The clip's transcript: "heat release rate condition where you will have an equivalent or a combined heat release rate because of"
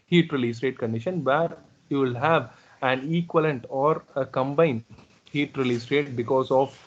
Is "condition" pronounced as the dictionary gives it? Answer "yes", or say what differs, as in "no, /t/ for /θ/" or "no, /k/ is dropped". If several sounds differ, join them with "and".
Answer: yes